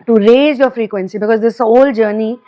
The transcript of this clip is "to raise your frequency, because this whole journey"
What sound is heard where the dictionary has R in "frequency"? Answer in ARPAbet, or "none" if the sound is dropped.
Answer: R